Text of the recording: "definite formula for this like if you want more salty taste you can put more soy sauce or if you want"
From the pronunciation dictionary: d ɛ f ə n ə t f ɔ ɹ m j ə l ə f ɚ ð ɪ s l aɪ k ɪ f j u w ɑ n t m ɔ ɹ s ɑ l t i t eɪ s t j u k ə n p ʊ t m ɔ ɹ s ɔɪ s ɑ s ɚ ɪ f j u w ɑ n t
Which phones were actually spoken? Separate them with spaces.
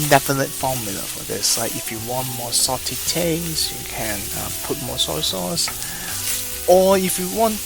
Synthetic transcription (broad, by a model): d ɛ f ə n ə t f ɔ m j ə l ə f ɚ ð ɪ s l aɪ k ɪ f j u w ɑ n t m ɔ s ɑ t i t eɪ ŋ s j u k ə n p ʊ t m ɔ s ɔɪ s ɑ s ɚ ɪ f j u w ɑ n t